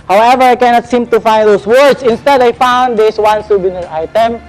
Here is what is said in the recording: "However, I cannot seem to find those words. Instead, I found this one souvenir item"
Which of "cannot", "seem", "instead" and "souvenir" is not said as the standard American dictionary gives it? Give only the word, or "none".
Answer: souvenir